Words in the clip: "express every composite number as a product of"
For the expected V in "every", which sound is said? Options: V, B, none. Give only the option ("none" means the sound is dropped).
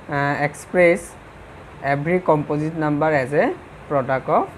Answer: B